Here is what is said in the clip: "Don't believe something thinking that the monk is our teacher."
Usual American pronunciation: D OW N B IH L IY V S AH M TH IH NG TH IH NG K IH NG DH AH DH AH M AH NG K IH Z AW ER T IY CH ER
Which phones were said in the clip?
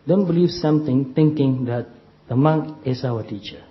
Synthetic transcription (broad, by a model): D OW N B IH L IY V S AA M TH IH NG T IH NG K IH NG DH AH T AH M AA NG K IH S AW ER T IY CH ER